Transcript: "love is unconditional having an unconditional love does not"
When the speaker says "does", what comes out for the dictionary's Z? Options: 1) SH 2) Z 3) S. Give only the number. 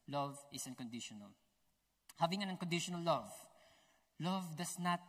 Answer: 3